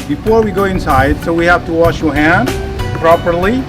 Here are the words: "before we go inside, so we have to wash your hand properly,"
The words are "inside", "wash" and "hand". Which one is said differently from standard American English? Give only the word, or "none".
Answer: none